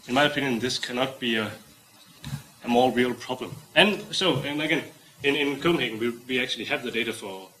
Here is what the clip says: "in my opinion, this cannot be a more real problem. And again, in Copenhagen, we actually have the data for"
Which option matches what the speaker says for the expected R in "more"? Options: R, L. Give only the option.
L